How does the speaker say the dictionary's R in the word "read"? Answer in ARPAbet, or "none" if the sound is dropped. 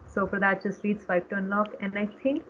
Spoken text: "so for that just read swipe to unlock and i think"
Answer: L